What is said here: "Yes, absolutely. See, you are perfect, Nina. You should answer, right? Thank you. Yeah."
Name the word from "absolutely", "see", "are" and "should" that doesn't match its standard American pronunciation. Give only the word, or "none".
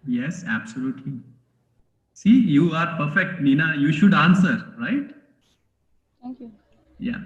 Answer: none